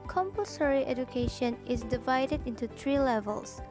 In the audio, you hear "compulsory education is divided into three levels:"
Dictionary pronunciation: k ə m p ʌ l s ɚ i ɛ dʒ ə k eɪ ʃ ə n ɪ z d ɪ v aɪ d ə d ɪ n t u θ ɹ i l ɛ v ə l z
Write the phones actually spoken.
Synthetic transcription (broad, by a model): k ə m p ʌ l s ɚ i ɛ dʒ ə k eɪ ʃ ə n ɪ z d ɪ v aɪ d ə d ɪ n t u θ ɹ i l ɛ v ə l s